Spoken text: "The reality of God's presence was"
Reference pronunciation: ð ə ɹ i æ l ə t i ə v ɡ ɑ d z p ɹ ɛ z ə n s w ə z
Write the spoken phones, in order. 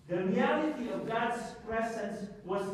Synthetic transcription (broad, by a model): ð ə ɹ i æ l ə t i ə v ɡ ɑ d z p ɹ ɛ z ə n s w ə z